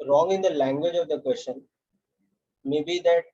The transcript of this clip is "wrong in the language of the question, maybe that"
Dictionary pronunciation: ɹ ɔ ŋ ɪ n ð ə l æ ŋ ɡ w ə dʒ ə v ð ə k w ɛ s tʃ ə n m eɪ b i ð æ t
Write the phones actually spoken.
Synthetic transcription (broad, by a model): ɹ ɔ ŋ ɪ n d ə l æ ŋ ɡ w ə dʒ ə v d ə k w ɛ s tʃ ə n m eɪ b i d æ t